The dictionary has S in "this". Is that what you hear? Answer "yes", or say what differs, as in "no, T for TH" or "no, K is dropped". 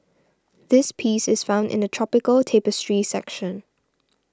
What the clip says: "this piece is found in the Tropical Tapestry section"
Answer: yes